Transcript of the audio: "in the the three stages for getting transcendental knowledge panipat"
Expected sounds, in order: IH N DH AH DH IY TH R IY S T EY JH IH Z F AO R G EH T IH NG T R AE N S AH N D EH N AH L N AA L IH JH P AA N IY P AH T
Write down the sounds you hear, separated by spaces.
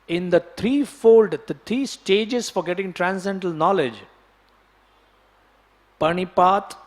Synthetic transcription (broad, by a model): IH N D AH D IY F R IY S T EY JH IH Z F AO R G EH T IH NG T R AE N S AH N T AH L N AA L IH JH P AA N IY P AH T